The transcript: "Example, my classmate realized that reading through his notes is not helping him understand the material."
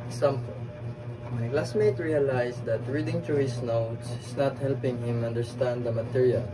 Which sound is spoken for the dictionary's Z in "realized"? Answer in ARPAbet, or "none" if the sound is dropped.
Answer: S